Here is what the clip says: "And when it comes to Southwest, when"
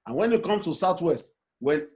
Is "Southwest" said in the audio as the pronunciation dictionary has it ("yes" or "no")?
no